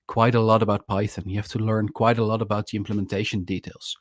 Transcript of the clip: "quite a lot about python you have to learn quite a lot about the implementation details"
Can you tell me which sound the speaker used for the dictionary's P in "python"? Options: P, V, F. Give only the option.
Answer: P